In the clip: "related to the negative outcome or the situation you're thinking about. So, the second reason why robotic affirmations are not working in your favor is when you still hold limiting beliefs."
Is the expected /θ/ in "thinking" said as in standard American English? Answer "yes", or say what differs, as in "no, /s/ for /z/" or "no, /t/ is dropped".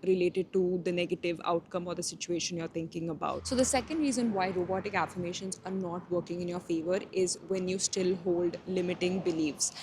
no, /t/ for /θ/